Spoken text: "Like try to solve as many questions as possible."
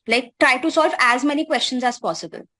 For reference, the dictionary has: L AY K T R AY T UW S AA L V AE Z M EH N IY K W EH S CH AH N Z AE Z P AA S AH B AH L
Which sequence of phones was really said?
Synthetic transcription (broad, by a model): L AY K T R AY T UW S AA L V AE Z M EH N IY K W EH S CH AH N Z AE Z P AA S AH B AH L